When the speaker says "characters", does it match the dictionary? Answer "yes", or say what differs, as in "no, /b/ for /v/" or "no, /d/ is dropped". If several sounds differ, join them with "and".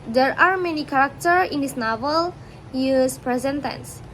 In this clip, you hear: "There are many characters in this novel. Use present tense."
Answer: no, /z/ is dropped